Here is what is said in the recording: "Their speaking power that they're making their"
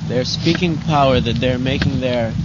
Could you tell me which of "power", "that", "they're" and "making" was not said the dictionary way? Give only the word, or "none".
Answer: none